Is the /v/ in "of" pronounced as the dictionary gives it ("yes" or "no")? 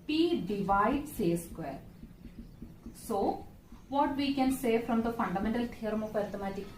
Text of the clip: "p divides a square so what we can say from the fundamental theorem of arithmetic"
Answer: no